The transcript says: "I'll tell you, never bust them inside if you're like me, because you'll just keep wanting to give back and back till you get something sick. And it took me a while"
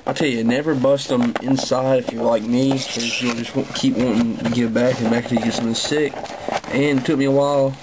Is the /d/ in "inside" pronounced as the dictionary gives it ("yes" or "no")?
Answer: yes